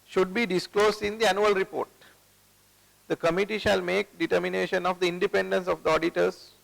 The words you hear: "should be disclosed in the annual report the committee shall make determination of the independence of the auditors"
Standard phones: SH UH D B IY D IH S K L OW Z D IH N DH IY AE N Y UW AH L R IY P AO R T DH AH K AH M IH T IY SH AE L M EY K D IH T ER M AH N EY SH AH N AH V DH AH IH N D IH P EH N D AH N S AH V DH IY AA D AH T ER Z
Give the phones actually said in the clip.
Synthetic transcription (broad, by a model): SH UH D B IY D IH S K L OW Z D IH N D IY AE N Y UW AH L R IY P AO R T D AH K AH M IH T IY SH AE L M EY K D IH T ER M AH N EY SH AH N AH V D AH IH N D IH P EH N D AH N S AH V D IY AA D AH T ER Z